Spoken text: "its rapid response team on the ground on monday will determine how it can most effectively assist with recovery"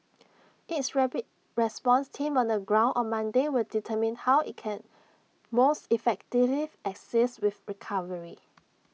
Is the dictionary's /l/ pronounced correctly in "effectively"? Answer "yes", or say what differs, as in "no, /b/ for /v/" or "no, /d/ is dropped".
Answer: no, /l/ is dropped